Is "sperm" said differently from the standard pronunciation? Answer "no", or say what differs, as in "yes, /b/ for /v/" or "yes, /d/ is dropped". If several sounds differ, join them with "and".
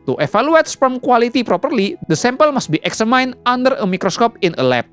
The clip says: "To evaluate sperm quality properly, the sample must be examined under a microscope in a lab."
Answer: yes, /f/ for /p/